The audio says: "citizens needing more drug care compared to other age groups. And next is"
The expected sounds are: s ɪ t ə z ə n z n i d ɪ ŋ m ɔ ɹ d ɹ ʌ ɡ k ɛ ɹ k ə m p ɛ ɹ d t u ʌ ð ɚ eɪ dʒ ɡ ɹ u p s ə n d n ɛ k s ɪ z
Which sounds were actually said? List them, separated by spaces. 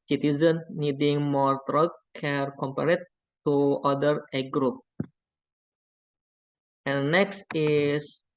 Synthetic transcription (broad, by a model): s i t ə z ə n n i d ɪ ŋ m ɔ ɹ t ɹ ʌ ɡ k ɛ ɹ k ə m p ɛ ɹ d t u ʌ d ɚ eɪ ɡ ɹ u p ə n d n ɛ k s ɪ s